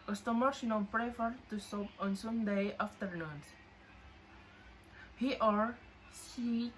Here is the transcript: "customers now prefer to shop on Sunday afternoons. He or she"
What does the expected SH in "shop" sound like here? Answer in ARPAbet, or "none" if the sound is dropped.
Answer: S